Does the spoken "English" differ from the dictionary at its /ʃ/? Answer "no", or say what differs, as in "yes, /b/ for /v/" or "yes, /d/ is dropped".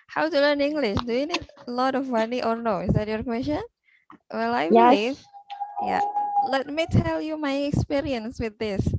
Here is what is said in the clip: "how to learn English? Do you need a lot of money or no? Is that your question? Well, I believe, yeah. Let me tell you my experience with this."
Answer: no